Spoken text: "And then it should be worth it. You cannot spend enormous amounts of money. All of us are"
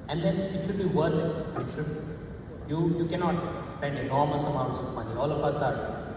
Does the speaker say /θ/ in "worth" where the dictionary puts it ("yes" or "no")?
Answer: no